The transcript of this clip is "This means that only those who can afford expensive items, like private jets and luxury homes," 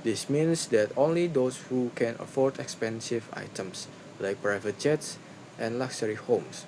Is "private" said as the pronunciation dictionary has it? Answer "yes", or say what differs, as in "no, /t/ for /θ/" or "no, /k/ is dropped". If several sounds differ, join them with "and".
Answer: yes